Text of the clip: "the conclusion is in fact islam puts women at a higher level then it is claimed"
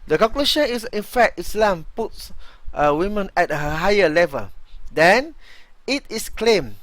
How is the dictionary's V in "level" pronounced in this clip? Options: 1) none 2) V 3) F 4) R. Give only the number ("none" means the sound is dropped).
2